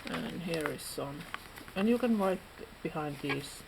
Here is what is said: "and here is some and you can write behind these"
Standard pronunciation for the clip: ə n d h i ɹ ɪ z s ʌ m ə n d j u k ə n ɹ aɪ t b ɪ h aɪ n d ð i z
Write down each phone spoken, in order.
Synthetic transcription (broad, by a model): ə n h i ɹ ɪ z s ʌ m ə n j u k ə n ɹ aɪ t b ɪ h aɪ n d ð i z